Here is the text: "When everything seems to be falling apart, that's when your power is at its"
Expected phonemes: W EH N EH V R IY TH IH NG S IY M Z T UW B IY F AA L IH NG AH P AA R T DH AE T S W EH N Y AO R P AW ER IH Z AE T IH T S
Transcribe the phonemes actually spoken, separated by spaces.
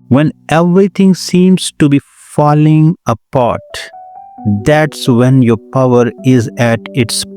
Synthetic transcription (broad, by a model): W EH N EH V R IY T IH NG S IY M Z T UW B IY F AA L IH NG AH P AA R T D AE T S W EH N Y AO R P AW ER IH Z AE T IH T S